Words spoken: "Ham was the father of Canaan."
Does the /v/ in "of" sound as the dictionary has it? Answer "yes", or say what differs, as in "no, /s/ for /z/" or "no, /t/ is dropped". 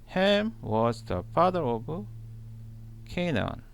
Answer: no, /b/ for /v/